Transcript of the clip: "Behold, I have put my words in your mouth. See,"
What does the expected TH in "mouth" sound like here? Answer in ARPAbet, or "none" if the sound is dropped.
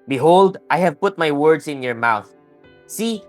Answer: TH